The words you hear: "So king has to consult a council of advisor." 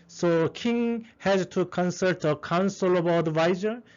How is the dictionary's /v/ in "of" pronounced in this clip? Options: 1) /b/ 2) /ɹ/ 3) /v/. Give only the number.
1